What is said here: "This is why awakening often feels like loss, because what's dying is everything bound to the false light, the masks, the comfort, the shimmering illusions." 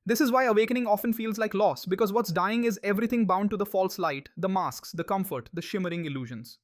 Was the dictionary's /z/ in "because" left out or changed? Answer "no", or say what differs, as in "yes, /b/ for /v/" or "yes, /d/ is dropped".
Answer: no